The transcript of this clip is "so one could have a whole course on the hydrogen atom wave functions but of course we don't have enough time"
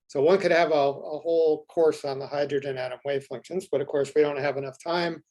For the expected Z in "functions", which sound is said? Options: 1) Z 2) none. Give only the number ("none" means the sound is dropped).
1